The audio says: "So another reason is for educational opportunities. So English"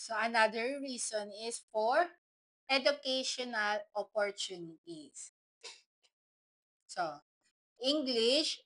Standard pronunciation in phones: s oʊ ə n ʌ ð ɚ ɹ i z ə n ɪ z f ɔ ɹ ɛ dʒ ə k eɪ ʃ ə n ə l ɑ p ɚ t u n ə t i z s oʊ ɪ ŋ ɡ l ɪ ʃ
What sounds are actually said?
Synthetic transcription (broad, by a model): s oʊ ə n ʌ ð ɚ ɹ i s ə n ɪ s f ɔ ɹ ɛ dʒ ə k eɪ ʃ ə n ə l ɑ p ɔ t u n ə t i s s oʊ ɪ ŋ ɡ l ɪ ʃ